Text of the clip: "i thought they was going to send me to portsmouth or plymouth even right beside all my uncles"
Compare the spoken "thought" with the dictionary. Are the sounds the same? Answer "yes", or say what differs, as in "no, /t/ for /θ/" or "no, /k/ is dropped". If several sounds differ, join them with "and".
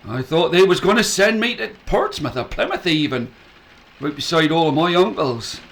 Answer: yes